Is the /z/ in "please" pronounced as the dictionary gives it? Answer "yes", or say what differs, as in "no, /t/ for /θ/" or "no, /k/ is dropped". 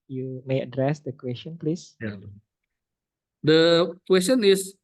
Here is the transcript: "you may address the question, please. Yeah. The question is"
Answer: no, /s/ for /z/